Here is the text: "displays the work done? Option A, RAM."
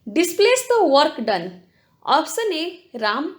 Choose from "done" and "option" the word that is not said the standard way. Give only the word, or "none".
option